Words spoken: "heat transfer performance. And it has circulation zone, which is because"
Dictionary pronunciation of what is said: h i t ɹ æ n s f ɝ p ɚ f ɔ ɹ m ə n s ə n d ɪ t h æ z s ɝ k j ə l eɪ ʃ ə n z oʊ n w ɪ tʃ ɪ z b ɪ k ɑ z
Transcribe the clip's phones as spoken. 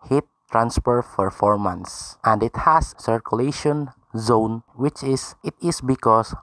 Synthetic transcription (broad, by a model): h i t ɹ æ n s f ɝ f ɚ f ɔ ɹ m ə n s ə n d ɪ t h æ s s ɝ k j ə l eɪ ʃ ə n z oʊ n w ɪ tʃ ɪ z b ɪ k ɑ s